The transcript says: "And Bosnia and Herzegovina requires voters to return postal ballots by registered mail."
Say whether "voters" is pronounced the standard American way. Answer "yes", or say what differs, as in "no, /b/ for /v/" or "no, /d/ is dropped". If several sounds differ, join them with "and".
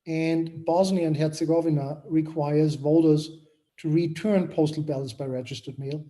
yes